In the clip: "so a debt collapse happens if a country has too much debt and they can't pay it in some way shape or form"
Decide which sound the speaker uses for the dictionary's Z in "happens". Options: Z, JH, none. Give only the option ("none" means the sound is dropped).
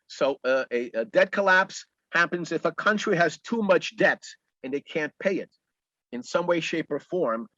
Z